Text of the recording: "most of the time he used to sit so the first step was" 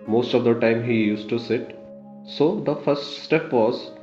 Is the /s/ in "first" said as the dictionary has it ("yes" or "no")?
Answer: yes